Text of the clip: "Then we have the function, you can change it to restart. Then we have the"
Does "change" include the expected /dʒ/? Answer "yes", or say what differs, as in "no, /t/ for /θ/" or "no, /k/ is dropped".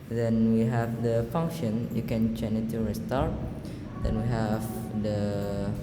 no, /dʒ/ is dropped